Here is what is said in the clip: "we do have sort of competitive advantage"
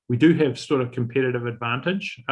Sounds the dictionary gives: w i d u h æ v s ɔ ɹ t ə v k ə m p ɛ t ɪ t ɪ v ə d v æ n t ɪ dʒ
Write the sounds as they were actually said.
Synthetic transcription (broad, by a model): w i d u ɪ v s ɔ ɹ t ə v k ə m p ɛ t ɪ t ɪ v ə d v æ n t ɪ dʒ